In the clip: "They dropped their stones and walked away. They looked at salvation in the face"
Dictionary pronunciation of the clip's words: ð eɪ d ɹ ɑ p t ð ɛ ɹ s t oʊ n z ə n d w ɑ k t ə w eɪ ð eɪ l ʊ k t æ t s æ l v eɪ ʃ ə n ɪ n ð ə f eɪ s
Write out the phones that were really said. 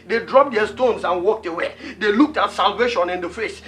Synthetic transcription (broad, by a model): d eɪ d ɹ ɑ p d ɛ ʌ s t oʊ n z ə n w ɑ k t ə w eɪ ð eɪ l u k t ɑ t s æ l v eɪ ʃ ə n ɪ n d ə f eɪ s